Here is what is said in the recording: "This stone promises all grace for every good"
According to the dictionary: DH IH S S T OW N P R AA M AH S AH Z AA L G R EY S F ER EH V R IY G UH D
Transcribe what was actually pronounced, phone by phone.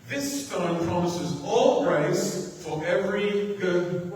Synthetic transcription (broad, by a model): DH IH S S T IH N P R AA M AH S AH Z AA L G R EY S F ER EH V R IY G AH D